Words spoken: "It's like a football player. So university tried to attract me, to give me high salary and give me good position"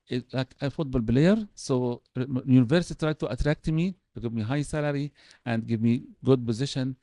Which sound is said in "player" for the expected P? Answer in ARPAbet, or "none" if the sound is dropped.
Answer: B